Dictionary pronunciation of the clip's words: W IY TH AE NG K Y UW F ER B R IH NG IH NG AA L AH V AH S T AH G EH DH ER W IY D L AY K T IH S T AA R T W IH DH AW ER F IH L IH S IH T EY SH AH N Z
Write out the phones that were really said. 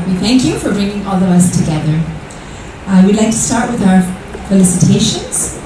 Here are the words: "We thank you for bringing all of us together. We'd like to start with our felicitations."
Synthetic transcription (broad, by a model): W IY TH AE NG K Y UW F ER B R IH NG IH NG AA L AH V AH S T AH G EH DH ER W IY D L AY K T IH S T AA R T W IH DH AW ER F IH L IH S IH T EY SH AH N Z